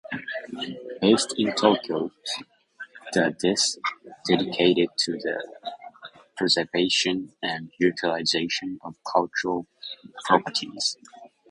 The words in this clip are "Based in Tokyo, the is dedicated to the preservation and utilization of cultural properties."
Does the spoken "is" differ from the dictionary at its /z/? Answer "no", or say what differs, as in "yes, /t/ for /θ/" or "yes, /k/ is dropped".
yes, /s/ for /z/